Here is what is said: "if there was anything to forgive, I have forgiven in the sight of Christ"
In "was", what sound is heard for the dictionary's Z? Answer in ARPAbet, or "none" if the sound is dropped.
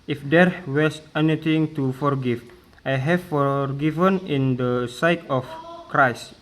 S